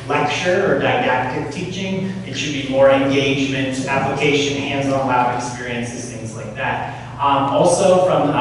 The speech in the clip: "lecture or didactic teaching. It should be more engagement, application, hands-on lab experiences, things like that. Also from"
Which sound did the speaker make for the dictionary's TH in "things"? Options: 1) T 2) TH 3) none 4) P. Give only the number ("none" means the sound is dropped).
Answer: 2